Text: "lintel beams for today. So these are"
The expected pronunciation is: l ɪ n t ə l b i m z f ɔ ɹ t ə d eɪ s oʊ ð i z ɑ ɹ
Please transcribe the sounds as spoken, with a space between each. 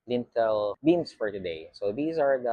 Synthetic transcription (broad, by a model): l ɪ n t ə l b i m s f ɔ ɹ t ə d eɪ s oʊ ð i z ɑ ɹ